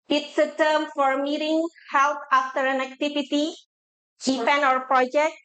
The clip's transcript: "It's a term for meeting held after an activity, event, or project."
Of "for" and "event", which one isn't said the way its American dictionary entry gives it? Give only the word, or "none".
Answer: event